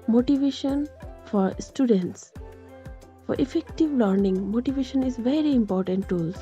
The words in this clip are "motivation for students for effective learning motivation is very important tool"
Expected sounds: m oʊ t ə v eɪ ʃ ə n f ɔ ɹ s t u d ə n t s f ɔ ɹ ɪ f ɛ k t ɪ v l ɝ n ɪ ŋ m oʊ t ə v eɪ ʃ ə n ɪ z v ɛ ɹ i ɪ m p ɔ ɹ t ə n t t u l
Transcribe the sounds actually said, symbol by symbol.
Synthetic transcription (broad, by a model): m oʊ t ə v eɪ ʃ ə n f ɔ ɹ s t u d ə n t s f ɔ ɹ ɪ f ɛ k t ɪ v l ɝ n ɪ ŋ m oʊ t ə v eɪ ʃ ə n ɪ z v ɛ ɹ i ɪ m p ɔ ɹ t ə n t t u l